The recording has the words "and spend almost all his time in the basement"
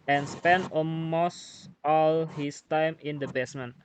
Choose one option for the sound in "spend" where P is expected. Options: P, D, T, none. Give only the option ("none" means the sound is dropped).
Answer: P